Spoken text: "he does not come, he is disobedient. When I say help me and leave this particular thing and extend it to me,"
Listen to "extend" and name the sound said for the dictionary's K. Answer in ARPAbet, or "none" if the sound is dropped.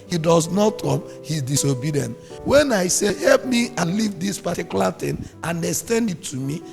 none